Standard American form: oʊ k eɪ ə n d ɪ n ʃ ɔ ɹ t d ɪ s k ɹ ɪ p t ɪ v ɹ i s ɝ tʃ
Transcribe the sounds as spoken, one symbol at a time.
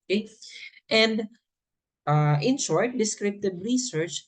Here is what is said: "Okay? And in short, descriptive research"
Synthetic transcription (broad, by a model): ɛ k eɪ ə n d ɪ n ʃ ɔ ɹ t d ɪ s k ɹ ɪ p t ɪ b ɹ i s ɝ tʃ